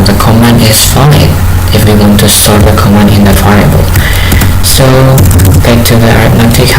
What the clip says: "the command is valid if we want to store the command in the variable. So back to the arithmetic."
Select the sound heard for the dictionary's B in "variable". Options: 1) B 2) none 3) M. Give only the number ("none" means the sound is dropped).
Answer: 2